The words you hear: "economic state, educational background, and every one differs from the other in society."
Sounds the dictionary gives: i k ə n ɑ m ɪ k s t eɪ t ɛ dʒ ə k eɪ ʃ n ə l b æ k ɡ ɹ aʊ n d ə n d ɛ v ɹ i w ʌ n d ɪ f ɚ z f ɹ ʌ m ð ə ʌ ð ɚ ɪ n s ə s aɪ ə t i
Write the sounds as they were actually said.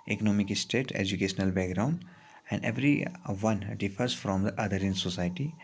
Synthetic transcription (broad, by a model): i k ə n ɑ m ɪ k s t eɪ t ɛ dʒ ə k eɪ ʃ n ə l b æ k ɡ ɹ aʊ n d ə n d ɛ v ɹ i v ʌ n d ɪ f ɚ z f ɹ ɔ m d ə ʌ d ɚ ɪ n s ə s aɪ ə t i